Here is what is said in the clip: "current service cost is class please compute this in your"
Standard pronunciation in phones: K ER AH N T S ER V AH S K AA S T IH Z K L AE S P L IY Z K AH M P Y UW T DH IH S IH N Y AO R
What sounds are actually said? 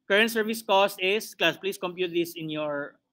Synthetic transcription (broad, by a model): K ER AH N T S ER V AH S K AA S T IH S K L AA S P L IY S K AH M P Y UW T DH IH S IH N Y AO R